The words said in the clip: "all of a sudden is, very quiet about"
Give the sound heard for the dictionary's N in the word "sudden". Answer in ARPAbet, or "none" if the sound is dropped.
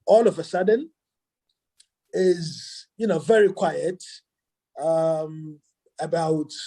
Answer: N